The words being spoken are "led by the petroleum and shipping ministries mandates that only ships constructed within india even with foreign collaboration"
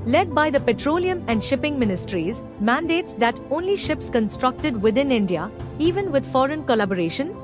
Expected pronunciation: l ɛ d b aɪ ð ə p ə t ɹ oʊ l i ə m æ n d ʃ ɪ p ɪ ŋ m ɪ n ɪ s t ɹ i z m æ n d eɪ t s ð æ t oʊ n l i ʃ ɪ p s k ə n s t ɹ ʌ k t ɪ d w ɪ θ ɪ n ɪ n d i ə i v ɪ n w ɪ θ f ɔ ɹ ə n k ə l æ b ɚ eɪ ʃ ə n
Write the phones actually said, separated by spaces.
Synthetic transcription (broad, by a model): l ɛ d b aɪ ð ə p ə t ɹ oʊ l i ə m æ n d ʃ ɪ p ɪ ŋ m ɪ n ɪ s t ɹ i z m æ n d eɪ t s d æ t oʊ n l i ʃ ɪ p s k ə n s t ɹ ʌ k t ɪ d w ɪ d ɪ n ɪ n d i ə i v ɪ n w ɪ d f ɔ ɹ ə n k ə l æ b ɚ eɪ ʃ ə n